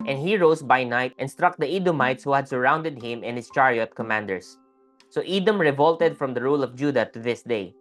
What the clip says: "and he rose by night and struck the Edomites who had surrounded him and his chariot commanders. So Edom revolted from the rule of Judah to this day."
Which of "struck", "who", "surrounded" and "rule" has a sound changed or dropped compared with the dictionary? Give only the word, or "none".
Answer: none